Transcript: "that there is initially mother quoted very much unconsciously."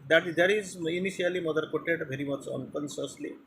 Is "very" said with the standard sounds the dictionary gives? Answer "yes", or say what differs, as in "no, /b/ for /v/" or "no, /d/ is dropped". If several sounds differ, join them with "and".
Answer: yes